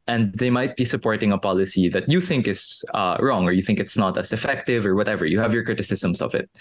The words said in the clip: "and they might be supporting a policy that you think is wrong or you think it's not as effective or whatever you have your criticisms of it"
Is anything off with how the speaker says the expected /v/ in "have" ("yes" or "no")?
no